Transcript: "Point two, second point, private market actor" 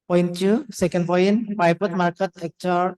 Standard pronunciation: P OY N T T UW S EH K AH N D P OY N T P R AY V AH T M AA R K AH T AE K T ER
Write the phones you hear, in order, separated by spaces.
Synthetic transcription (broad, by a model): P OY N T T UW S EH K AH N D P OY N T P AY P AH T M AA R K AH T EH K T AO